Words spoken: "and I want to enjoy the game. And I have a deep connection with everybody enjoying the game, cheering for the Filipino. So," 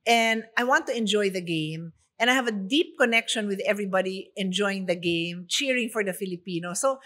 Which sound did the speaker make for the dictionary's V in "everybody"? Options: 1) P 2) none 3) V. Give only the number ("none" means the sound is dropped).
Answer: 3